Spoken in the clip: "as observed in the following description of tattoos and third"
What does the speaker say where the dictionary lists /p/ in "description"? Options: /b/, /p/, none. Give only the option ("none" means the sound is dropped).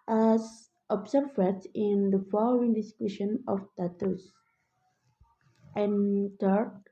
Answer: none